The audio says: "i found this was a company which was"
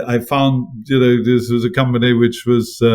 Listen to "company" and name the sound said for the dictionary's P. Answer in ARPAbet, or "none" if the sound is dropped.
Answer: P